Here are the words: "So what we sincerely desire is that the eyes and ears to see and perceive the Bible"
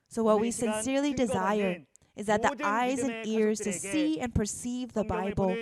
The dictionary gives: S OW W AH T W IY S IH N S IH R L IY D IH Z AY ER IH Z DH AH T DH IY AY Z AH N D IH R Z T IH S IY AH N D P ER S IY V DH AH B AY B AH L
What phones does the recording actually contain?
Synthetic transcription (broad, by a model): S OW W AH T W IY S IH N S IH R L IY D IH Z AY ER IH Z DH AH T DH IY AY Z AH N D IH R Z T IH S IY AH N P ER S IY V DH AH B AY B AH L